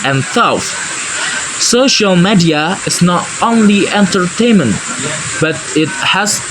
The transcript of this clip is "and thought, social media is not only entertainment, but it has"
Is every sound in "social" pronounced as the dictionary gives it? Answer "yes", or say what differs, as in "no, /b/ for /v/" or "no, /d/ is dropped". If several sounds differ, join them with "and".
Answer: yes